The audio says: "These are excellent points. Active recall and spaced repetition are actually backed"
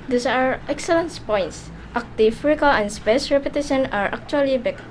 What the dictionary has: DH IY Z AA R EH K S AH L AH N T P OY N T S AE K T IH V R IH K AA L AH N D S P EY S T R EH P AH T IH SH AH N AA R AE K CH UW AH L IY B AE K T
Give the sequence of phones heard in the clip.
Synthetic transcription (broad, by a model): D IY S AA R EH K S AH L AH N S P OY N T S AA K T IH F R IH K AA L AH N S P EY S R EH P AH T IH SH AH N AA R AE K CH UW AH L IY B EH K